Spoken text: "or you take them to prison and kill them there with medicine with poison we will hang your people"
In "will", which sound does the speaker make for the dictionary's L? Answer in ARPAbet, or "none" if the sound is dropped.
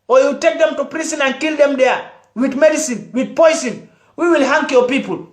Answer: L